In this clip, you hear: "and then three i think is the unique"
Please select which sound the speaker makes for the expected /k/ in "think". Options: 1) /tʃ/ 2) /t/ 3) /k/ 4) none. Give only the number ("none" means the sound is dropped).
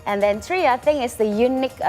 4